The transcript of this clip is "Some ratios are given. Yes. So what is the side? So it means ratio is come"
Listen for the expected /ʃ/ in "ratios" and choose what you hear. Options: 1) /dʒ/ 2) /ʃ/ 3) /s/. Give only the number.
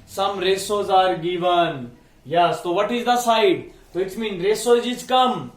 3